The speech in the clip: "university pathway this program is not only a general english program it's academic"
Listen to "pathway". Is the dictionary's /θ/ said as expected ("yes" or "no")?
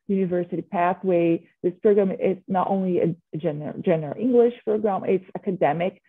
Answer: yes